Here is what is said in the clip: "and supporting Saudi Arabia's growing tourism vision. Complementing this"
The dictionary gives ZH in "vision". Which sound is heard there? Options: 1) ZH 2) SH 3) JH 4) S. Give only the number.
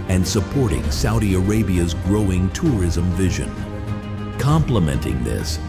1